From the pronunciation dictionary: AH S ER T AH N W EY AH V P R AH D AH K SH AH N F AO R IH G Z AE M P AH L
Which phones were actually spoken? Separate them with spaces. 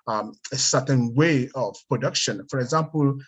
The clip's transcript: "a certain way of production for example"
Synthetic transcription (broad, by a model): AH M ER S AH N W EY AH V P R AH D AH K SH AH N F AO R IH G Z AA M P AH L